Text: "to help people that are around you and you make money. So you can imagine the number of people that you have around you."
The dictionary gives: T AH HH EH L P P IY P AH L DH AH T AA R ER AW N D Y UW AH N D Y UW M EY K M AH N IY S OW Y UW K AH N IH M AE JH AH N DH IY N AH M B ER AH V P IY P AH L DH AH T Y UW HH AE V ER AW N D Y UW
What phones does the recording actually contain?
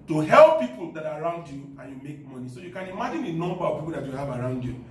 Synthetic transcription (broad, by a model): T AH HH EH L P P IY P AH L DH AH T AA R AW N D Y UW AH N Y UW M EY K M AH N IY S OW Y UW K AH N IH M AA JH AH N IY N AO M B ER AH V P IY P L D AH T Y UW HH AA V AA AW N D Y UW